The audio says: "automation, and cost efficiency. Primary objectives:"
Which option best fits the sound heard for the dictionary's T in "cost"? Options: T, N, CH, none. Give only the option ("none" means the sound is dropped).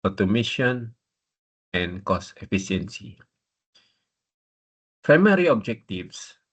none